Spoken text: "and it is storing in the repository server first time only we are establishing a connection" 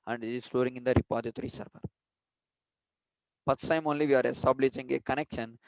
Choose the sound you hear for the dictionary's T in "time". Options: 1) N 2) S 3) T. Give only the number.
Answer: 2